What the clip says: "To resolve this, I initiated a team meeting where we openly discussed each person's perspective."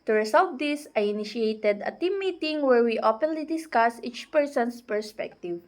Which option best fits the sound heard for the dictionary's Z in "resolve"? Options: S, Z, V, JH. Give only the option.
S